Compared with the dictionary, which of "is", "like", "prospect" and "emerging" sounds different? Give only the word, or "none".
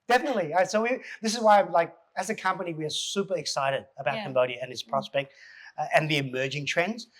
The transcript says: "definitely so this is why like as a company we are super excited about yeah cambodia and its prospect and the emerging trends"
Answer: none